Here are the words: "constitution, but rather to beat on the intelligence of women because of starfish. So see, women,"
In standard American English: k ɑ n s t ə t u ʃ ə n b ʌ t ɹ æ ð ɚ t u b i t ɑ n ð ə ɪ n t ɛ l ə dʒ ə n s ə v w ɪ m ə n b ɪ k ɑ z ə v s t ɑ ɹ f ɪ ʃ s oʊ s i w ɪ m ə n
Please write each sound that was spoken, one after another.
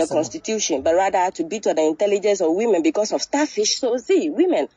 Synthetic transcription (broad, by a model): k ɑ n s t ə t u ʃ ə n b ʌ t ɹ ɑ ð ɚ t u b i t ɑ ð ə ɪ n t ɛ l ə dʒ ə n s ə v w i m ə n b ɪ k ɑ s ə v s t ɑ f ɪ ʃ s oʊ s i w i m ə n